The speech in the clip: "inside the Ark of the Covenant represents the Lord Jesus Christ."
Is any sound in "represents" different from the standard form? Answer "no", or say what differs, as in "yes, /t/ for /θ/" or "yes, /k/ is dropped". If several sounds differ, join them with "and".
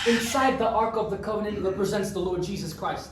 no